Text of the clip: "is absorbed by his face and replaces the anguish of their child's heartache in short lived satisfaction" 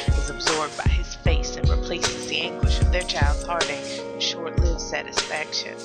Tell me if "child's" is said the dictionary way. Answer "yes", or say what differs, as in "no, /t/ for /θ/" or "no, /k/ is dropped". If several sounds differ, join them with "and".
yes